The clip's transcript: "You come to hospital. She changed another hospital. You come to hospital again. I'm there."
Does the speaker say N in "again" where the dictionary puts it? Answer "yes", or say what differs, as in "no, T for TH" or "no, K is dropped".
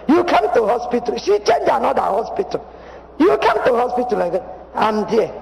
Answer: no, N is dropped